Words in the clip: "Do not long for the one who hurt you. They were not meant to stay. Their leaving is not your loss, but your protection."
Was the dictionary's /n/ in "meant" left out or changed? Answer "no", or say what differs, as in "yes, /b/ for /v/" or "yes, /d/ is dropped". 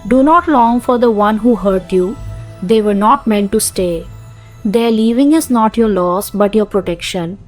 no